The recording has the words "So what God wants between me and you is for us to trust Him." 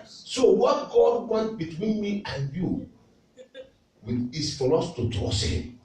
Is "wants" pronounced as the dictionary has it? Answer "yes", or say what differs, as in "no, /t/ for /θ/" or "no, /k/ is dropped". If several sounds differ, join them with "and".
no, /s/ is dropped